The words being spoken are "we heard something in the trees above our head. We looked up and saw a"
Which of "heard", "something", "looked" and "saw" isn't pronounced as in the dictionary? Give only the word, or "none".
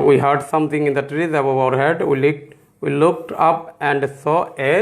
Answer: something